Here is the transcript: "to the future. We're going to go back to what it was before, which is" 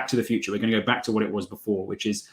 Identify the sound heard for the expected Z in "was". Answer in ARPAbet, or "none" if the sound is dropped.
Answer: Z